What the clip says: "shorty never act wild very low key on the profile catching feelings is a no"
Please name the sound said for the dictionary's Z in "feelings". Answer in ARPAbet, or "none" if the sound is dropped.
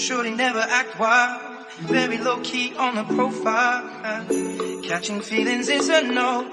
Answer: Z